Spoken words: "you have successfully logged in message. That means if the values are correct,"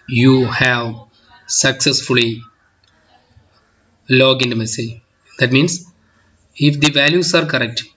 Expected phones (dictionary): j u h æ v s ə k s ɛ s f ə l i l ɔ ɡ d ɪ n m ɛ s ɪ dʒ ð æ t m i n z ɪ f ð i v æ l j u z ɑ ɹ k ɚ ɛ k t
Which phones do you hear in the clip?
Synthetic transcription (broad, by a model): j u h æ v s ə k s ɛ s f ə l i l ɔ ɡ ɪ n m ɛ s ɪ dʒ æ t m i n s ɪ f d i v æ l j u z ɑ ɹ k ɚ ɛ k t